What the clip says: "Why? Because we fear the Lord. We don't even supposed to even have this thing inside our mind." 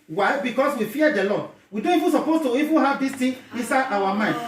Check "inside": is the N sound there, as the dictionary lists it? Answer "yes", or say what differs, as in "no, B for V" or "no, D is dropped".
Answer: yes